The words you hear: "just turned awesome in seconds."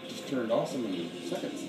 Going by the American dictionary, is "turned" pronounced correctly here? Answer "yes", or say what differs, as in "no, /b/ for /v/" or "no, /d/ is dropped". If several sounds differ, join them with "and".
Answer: yes